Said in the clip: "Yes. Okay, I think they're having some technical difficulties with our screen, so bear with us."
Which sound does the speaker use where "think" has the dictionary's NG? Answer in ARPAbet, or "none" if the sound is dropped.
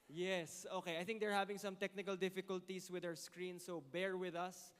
NG